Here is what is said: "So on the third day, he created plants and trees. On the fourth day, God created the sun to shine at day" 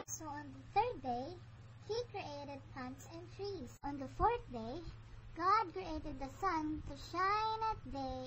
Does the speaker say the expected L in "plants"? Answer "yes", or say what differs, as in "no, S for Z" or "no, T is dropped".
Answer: no, L is dropped